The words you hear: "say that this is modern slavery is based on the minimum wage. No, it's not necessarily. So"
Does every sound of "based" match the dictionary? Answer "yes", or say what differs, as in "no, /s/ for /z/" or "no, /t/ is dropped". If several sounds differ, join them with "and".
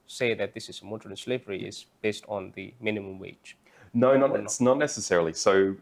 yes